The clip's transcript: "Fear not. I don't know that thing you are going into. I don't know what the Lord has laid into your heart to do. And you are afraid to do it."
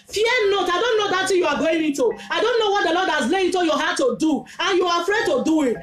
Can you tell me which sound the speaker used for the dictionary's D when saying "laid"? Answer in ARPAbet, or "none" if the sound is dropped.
none